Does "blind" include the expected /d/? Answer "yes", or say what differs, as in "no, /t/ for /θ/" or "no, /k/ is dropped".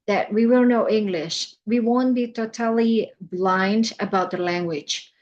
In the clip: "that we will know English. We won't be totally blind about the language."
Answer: yes